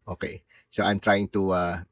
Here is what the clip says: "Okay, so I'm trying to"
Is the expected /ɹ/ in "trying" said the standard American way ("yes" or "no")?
yes